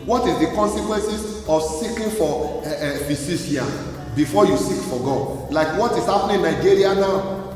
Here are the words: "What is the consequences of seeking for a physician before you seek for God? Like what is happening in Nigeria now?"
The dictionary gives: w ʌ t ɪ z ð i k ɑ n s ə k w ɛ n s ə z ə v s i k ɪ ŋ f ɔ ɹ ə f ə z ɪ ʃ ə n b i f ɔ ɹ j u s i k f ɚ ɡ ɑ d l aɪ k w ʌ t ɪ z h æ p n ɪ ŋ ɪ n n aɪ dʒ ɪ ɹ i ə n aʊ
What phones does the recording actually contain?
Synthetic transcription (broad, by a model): w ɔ t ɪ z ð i k ɑ n s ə k w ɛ n s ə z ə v s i k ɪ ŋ f ɔ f ə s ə s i ə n b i f ɔ j u s i k f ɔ ɡ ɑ l aɪ k w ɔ t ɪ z h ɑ p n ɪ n n aɪ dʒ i ɹ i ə n aʊ